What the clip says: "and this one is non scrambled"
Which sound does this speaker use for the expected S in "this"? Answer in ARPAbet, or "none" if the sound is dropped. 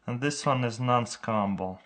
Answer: S